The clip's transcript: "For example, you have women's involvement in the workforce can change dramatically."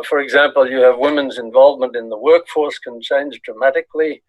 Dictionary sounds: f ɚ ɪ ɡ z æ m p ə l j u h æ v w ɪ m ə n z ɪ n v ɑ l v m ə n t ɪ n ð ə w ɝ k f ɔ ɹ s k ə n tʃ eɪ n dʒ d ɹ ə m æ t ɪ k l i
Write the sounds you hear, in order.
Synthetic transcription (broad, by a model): f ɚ ɪ ɡ z æ m p ə l j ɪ v w ɪ m ə n z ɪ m v ɑ l v m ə n t ɪ n ð ə w ɝ k f ɔ ɹ s k ə n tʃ eɪ n z d ɹ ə m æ t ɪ k l i